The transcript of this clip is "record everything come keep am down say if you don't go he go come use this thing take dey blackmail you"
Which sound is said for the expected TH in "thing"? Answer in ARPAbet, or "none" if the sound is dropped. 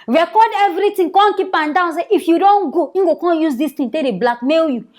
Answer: T